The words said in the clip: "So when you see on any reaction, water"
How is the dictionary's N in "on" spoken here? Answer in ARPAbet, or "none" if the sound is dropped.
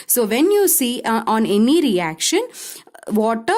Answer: N